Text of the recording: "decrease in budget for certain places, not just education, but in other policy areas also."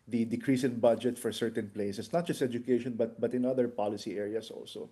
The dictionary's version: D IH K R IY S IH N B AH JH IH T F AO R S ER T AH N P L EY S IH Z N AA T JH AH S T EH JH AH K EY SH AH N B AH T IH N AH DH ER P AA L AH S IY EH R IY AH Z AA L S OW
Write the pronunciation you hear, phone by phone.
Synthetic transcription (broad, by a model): D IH K R IY S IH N B AH JH IH T F AO R S ER T AH N P L EY S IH S N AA T JH AH S T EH JH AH K EY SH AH N B AH T IH N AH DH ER P AA L AH S IY EH R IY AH S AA L S OW